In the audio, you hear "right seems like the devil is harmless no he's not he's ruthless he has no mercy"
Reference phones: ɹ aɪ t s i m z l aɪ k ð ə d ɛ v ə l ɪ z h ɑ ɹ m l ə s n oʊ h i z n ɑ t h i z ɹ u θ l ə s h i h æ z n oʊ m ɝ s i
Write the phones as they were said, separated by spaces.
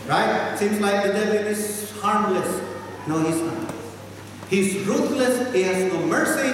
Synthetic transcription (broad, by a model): ɹ aɪ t s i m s l aɪ k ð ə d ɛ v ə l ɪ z h ɑ ɹ m l ə s n oʊ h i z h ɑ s h i z ɹ u t l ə s h i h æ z n oʊ m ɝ s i